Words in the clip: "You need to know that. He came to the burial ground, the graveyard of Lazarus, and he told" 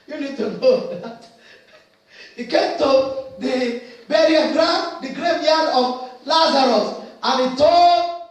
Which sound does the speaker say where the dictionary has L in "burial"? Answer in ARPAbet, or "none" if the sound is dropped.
N